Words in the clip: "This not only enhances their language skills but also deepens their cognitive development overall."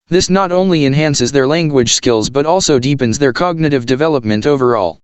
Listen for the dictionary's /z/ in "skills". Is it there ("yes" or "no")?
yes